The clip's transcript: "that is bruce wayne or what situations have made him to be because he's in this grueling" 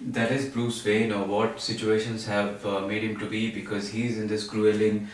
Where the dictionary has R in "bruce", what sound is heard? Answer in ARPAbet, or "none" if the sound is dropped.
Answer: L